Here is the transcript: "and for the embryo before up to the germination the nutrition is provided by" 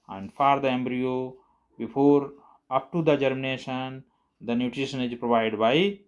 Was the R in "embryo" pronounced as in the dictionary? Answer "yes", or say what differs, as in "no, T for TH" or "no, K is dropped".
yes